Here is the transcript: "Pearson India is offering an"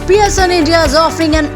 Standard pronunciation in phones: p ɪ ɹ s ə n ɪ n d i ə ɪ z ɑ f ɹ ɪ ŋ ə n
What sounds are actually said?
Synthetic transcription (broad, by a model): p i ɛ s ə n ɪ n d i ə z ɑ f ɹ ɪ ŋ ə n